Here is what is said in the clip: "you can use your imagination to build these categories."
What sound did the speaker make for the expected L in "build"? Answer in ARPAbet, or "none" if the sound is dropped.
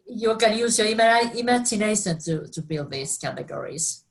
L